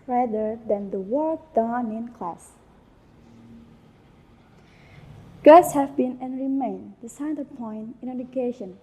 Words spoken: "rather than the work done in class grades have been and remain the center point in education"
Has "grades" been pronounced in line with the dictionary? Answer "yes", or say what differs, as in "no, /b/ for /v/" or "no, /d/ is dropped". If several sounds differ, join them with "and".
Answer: no, /ɹ/ is dropped